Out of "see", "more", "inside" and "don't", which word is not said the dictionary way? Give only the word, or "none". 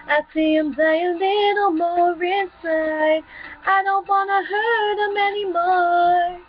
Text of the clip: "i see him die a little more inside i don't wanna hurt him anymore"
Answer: inside